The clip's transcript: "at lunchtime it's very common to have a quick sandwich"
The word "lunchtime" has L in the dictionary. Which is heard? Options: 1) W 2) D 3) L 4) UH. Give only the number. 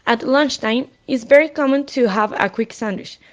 3